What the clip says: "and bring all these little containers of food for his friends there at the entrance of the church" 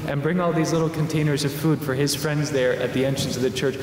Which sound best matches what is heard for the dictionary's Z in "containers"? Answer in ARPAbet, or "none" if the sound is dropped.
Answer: Z